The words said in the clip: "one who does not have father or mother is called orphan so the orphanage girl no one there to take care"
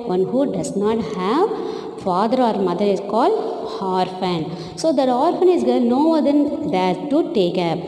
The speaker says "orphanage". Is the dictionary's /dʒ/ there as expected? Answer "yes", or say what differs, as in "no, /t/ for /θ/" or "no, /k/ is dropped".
no, /z/ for /dʒ/